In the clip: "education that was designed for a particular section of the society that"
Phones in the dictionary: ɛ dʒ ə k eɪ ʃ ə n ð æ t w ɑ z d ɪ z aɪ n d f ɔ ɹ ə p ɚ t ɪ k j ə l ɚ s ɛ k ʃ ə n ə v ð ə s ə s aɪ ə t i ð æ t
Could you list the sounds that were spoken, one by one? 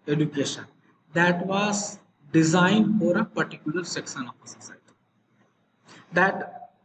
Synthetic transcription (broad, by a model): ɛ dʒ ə k eɪ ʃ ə n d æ t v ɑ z d ɪ z aɪ n d f ɔ ɹ ə p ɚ t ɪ k j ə l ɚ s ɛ k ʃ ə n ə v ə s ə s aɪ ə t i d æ t